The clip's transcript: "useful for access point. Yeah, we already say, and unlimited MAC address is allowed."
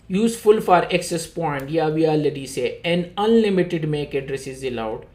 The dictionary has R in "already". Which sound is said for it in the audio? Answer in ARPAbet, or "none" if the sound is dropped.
none